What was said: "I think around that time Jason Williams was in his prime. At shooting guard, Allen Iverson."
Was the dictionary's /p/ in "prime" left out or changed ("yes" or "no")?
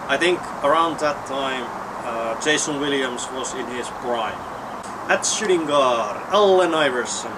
yes